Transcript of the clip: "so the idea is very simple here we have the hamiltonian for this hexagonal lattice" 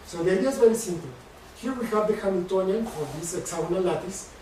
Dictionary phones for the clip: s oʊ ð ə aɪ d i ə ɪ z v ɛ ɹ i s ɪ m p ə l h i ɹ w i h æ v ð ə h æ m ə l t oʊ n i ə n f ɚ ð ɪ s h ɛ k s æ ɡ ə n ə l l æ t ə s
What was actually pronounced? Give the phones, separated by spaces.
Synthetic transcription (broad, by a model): s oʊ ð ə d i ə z v ɛ ɹ i s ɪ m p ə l h i ɹ w i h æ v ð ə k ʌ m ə n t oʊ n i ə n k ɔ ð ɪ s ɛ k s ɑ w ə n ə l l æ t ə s